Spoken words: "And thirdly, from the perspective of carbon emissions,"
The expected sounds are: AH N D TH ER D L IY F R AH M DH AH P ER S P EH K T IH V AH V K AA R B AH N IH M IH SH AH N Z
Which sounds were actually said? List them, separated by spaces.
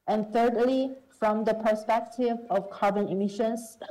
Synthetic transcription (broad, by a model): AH N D TH ER D L IY F R AH M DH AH P ER S P EH K T IH V AH V K AA R B AH N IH M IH SH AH N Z